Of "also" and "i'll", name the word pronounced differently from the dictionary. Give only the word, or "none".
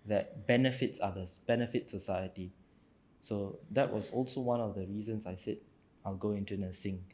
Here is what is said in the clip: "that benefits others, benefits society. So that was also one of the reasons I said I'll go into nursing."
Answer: none